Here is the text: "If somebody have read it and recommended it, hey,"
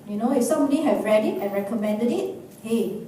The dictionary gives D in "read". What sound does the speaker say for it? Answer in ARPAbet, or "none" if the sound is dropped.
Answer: D